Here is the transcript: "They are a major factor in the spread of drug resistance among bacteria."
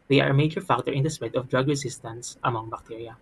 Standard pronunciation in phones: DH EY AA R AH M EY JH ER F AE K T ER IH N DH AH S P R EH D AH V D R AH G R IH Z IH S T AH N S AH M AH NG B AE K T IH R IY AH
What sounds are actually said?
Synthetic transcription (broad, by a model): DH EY AA R AH M EY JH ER F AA K T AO IH N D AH S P EH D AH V D R AH G R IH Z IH S T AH N S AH M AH NG B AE K T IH R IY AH